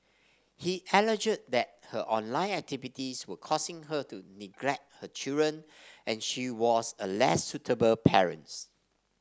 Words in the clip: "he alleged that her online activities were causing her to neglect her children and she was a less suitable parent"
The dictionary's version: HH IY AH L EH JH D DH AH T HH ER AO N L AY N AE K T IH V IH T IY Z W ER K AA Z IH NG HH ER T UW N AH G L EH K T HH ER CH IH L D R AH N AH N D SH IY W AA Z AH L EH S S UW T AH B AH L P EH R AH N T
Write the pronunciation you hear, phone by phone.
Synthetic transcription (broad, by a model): HH IY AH L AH JH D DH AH T HH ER AO N L AY N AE K T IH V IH T IY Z W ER K AA S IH NG HH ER T UW N AH G L EH K T HH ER CH IH L D R AH N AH N SH IY W AA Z AH L EH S S UW T AH B AH L P EH R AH N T